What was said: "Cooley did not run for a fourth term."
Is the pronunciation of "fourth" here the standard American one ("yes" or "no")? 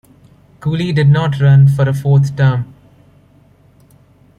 no